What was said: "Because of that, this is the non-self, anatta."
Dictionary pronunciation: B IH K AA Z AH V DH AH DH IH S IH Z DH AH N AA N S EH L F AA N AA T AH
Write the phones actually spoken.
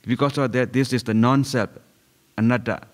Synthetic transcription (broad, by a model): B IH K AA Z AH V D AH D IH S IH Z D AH N AA N S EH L P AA N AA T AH